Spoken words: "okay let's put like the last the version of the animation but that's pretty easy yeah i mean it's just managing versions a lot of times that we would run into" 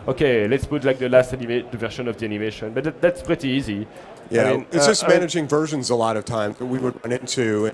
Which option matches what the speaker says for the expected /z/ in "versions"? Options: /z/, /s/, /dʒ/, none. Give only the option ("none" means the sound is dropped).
/z/